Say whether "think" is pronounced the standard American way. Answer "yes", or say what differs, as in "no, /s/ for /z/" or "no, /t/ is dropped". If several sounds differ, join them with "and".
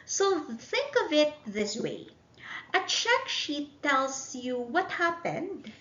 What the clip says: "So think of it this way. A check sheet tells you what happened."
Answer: yes